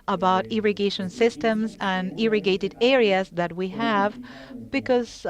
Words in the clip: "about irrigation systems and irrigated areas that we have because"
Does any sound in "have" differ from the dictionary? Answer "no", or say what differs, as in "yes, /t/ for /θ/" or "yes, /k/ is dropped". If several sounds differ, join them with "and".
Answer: no